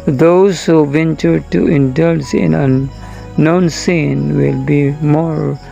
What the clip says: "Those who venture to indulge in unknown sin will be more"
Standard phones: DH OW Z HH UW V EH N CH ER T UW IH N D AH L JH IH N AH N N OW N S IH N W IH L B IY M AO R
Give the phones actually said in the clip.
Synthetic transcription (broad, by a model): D OW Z HH UW V EH N CH ER T UW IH N D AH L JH IH N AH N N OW N S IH N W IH L B IY M AO R